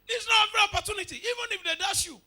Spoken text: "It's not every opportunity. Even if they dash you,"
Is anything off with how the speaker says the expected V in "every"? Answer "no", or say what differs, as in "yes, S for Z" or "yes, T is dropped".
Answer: yes, V is dropped